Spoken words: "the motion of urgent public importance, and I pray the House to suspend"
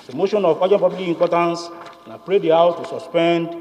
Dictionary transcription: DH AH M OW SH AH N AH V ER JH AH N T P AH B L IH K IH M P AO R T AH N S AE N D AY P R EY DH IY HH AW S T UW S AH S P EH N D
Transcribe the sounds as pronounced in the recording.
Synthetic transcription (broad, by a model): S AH M OW SH AH N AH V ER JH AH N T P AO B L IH IH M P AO T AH N S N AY P R EY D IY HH AW T UW S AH S P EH N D